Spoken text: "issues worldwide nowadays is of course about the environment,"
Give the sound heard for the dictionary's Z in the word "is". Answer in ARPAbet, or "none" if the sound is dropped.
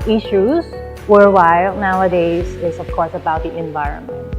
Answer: S